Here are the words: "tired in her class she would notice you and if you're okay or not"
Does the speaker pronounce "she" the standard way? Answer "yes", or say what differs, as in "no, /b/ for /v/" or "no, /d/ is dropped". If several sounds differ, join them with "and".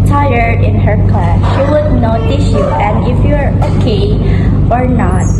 yes